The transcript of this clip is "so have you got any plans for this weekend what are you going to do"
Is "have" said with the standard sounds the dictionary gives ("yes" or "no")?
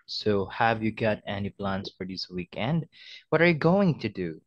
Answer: yes